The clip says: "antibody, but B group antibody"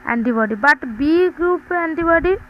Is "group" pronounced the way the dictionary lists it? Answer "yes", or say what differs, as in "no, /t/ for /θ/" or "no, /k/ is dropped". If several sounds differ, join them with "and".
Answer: yes